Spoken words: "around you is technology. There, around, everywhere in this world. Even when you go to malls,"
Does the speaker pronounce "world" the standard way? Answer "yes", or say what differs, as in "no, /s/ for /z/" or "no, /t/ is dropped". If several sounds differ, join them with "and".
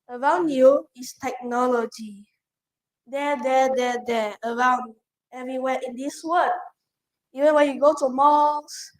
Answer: no, /d/ is dropped